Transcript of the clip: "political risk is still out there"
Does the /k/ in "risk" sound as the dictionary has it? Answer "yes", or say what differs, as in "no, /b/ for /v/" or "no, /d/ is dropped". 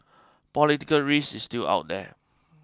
no, /k/ is dropped